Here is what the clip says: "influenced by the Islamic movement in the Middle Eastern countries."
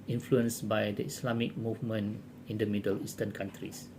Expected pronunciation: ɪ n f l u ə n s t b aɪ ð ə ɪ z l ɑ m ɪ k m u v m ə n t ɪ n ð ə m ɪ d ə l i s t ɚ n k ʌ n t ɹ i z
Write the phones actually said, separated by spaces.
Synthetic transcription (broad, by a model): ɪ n f l u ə n s b aɪ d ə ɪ s l ɑ m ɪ k m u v m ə n ɪ n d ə m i d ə l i s t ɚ n k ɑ n t ɹ i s